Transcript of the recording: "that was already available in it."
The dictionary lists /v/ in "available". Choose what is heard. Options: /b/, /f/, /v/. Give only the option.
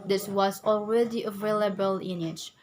/v/